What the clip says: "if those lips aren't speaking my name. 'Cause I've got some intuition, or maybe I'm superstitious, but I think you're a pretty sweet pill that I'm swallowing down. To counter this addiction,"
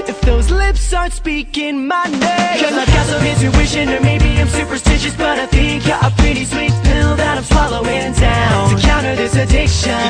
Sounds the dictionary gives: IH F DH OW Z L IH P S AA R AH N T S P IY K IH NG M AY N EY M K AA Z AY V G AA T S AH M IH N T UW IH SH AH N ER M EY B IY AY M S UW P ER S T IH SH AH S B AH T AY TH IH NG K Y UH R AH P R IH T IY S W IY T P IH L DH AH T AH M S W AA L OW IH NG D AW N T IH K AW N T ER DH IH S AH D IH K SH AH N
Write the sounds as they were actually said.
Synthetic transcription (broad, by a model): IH F DH OW Z L IH P S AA AH N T S P IY K IH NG M AY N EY K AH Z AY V G AA T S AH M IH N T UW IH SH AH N ER M EY B IY AY M S UW P ER S T IH SH AH S B AH T AY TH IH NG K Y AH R AH P R IH T IY S W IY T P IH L DH AH T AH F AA L OW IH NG D AW N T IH K AW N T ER DH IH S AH D IH K SH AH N